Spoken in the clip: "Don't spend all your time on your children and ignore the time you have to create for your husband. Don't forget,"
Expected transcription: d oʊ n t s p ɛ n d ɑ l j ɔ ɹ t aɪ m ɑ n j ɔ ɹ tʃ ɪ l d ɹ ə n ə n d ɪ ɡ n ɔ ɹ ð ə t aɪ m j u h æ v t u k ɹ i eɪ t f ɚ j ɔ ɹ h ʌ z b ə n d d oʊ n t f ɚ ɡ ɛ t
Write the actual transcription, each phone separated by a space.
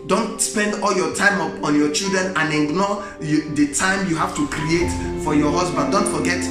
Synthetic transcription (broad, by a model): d oʊ n t s p ɛ n d ɑ l j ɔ t aɪ m ɑ n j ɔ tʃ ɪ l d ɹ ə n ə n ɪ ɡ n ɔ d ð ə t aɪ m j u h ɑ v t u k ɹ i eɪ t f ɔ j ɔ h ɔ s b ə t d d oʊ n t f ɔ ɡ ɛ t